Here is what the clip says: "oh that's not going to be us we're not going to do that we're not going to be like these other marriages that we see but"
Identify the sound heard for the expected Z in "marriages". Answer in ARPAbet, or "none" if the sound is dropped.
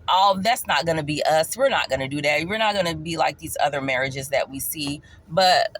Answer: Z